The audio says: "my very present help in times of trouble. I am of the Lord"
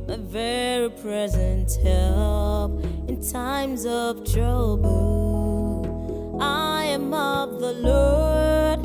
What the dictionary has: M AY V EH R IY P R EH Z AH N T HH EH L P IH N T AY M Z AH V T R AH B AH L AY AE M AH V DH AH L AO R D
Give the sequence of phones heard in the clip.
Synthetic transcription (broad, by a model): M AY V EH R IY P R EH Z AH N T HH EH L P IH N T AY M Z AH V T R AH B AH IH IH M AH V DH AH L AO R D